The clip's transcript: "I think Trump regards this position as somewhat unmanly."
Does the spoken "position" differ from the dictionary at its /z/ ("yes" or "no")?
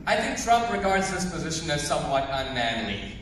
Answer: no